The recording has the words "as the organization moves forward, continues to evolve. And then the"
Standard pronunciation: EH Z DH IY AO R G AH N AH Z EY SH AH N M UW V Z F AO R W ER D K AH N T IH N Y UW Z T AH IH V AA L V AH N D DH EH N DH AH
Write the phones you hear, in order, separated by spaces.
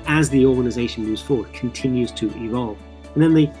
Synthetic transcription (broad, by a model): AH Z DH IY AO R G AH N AH Z EY SH AH N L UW Z F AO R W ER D K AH N T IH N Y UW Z T AH IH V AA L V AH N DH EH N DH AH